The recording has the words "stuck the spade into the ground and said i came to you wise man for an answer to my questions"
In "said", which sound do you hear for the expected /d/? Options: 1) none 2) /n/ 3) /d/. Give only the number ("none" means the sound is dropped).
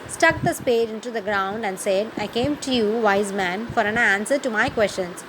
3